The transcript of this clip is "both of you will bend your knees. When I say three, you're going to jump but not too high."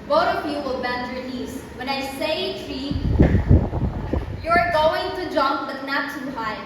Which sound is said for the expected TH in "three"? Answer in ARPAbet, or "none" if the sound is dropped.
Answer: T